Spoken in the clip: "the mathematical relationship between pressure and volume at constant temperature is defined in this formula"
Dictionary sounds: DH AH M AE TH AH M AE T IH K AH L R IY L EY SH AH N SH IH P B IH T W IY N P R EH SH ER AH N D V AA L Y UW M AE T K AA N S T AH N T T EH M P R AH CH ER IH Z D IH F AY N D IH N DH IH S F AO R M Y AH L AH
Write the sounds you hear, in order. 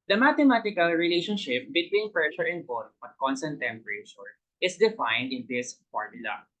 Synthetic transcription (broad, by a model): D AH M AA T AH M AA T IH K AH L R IY L EY SH AH N SH IH P B IH T W IY N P R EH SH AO AH N D B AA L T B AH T K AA N S T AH N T T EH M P R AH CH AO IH S D IH F AY N D IH N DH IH S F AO R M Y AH L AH